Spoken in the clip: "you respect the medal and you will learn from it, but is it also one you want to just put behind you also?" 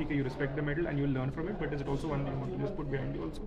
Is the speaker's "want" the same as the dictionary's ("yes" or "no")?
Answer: no